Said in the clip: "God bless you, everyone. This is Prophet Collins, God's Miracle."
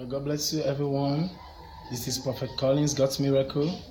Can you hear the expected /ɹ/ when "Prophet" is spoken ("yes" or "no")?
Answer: no